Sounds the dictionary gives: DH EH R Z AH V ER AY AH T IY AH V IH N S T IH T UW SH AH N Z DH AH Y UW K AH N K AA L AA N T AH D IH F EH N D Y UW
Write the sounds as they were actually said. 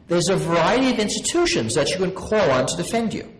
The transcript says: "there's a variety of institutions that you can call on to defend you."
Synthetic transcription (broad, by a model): DH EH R Z AH V ER AY AH T IY AH V IH N S T IH T UW SH AH N Z DH AH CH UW K AH N K AA L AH N T AH D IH F EH N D Y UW